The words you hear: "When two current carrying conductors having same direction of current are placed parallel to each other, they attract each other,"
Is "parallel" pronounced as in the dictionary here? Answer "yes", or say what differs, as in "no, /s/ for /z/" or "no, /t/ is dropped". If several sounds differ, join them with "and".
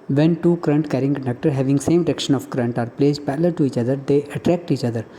no, /l/ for /ɹ/